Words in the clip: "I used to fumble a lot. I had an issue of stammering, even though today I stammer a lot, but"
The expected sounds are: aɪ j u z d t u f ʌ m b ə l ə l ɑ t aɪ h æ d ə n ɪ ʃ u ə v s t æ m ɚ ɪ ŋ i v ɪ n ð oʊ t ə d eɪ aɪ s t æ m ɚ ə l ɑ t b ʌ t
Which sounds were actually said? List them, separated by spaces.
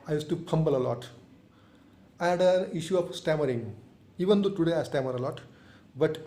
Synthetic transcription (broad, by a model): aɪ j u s t u p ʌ m b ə l ə l ɑ t aɪ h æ d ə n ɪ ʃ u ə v s t æ m ɚ ɪ ŋ i v ɪ n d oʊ t ə d eɪ aɪ s t æ m ɚ ə l ɑ t b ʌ t